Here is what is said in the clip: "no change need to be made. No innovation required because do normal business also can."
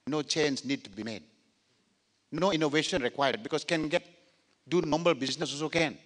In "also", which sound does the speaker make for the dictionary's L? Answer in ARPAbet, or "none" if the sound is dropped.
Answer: none